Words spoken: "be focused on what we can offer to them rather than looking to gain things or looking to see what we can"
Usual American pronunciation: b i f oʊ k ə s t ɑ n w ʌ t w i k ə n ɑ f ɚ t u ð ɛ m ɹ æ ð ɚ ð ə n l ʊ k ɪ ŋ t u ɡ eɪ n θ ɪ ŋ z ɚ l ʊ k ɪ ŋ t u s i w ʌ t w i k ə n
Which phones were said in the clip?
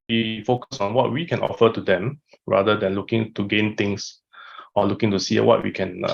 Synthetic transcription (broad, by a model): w i f oʊ k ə s ɑ n w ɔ t w i k ə n ɑ f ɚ t u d ɛ m ɹ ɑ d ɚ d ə n l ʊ k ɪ ŋ t u ɡ eɪ n t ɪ ŋ s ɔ l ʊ k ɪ ŋ t u s i w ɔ t w i k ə n